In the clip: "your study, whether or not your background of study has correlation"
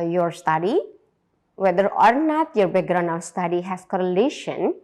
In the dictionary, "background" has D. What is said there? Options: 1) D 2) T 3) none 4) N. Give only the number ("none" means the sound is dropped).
3